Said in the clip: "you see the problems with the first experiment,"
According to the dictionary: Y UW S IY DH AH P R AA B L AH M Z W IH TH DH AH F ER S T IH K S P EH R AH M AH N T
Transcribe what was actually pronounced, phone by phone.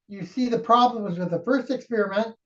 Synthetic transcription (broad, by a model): Y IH S IY DH AH P R AA B L AH M Z W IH DH AH F ER S T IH K S P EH R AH M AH N T